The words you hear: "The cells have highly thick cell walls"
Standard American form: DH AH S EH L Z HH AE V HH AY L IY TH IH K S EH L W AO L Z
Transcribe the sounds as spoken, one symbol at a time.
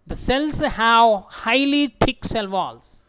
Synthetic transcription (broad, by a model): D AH S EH L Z HH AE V HH AY L IY T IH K S EH L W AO L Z